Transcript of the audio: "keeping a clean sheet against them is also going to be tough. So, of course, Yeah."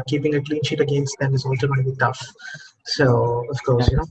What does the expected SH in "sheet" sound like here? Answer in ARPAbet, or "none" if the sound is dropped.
SH